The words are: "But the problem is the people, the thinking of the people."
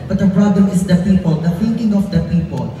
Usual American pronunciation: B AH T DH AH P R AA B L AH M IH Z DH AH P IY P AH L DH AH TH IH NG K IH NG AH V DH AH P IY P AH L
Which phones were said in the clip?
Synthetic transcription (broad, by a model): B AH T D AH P R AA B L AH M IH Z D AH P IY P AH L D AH F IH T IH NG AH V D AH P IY P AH L